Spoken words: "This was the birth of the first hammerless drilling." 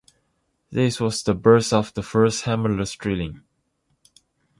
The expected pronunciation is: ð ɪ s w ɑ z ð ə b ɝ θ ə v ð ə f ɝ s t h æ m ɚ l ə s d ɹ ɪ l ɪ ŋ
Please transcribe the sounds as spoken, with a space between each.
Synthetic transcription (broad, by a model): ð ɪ s w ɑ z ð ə b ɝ s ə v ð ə f ɝ s t h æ m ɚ l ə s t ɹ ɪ l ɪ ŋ